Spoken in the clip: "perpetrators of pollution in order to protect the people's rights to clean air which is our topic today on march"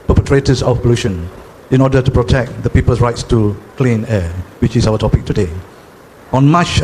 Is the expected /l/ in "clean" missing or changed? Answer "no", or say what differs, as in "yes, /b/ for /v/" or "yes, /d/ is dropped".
no